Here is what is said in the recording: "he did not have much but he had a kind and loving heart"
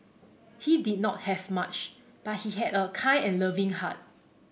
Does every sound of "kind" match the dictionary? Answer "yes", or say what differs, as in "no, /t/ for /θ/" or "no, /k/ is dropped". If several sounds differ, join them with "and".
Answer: no, /d/ is dropped